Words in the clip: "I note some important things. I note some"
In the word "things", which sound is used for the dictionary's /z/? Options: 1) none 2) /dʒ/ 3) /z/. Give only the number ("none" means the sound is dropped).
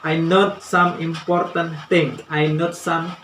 1